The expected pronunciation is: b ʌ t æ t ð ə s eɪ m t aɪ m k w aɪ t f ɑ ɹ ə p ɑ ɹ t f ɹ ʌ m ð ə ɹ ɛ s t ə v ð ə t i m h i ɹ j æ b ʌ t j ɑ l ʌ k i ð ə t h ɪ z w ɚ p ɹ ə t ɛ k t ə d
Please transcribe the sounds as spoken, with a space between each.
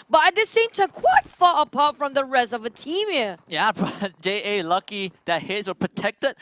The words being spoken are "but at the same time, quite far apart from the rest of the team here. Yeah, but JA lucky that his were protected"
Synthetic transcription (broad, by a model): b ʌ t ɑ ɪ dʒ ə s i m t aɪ k w aɪ t f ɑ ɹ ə p ɑ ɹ t f ɹ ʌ m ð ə ɹ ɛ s ə v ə t i m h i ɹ j æ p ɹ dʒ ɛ l ʌ k i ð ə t h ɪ s w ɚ p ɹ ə t ɛ k t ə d